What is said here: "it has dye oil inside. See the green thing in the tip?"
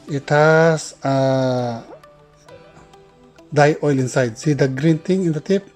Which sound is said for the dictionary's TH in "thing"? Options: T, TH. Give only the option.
T